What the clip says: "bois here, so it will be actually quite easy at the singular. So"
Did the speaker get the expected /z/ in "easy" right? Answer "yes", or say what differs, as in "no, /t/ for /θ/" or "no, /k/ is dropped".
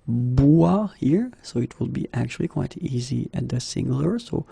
yes